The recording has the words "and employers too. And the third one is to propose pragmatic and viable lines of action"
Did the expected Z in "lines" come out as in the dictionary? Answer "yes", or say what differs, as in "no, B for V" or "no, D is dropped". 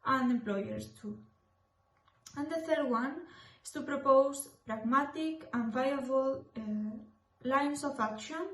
no, S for Z